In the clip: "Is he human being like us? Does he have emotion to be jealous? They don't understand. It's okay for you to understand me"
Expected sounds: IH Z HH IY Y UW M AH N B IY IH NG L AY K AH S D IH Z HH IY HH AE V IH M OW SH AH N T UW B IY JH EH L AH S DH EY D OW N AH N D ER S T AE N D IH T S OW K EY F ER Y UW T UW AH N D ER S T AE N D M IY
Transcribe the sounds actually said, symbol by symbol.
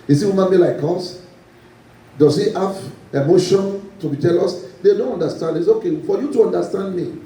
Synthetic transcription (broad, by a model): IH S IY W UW M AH N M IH L AY K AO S D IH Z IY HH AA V IH M OW SH AH N T UW B IY JH EH L AH S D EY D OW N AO N D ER S T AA N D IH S OW K EY F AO Y UW T UW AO N D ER S T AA N D M IY